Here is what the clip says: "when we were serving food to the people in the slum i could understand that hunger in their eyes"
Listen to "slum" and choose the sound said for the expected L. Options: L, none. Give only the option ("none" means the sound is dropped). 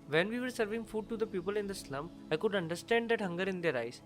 L